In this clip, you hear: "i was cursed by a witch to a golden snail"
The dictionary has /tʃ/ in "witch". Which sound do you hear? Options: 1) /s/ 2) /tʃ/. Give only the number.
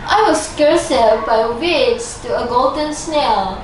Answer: 1